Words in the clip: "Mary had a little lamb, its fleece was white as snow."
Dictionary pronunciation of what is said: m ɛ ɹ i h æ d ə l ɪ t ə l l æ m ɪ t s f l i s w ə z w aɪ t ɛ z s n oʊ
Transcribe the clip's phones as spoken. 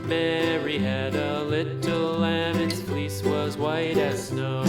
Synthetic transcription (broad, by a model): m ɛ ɹ i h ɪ d ə l ɪ t l l æ m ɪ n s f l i s w ə z w aɪ t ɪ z s n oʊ